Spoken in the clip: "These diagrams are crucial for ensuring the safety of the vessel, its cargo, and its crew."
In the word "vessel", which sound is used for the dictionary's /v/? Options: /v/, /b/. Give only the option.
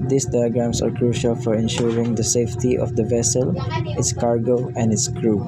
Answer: /v/